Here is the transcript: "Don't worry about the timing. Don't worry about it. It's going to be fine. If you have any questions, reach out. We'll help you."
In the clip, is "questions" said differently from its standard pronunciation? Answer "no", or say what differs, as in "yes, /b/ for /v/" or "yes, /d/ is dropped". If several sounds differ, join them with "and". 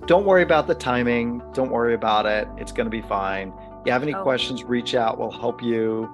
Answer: no